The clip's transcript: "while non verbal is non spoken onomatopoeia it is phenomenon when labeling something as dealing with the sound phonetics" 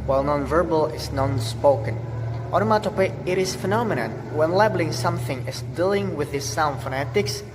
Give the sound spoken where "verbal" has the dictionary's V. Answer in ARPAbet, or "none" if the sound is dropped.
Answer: V